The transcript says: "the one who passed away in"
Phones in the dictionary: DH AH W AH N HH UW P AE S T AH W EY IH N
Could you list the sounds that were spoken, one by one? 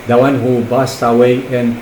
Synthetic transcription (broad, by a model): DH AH W AH N HH UW B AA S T AH W EY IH N